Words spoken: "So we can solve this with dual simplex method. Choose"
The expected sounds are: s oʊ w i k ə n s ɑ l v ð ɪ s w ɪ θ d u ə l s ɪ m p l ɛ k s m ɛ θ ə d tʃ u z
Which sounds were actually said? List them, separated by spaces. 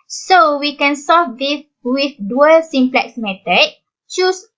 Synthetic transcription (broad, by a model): s oʊ w i k ə n s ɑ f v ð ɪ w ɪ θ d u ə l s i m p l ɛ k s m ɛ t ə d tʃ u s